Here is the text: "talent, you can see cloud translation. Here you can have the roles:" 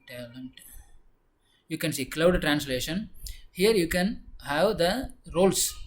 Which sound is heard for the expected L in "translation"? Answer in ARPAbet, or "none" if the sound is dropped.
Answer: L